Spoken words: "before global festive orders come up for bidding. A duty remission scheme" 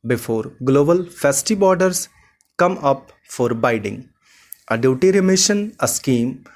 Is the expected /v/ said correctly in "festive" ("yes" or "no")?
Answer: no